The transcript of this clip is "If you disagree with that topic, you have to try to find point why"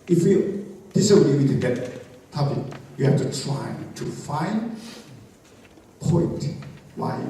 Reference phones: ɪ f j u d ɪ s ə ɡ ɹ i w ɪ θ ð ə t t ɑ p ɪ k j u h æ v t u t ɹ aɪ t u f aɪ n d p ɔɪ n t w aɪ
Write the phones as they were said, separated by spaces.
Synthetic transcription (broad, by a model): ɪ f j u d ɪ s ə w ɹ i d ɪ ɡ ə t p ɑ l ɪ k j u h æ f t u t ɹ aɪ t u f aɪ n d p ɔɪ n t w aɪ